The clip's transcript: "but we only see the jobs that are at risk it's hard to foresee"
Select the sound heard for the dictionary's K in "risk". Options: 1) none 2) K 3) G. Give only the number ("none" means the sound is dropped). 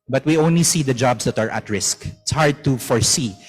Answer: 2